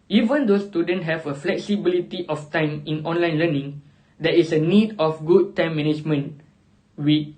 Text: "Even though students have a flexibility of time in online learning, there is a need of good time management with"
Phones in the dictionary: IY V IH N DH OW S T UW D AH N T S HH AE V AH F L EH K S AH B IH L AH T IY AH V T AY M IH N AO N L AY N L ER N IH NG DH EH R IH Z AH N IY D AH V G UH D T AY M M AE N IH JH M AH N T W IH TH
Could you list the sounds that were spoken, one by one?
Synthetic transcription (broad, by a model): IY V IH N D OW S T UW D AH N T HH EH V AH F L EH K S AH B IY L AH T IY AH F T AY M IH N AO N L AY N L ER N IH NG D EH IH S AH N IY D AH F G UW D T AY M M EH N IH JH M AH N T W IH